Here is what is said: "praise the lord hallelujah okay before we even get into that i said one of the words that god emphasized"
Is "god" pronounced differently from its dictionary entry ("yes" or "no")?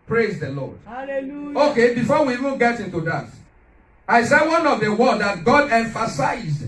no